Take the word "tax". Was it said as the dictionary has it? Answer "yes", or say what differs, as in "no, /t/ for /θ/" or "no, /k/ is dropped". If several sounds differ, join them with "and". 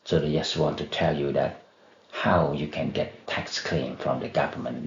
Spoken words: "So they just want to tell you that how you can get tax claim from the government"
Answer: yes